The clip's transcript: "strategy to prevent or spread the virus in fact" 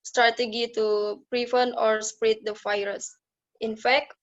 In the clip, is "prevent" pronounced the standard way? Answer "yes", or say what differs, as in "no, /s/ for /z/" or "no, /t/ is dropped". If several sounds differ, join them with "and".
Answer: no, /t/ is dropped